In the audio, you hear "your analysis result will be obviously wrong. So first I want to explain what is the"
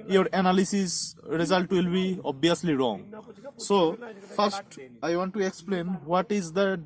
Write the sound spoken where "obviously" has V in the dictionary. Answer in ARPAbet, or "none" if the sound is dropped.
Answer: none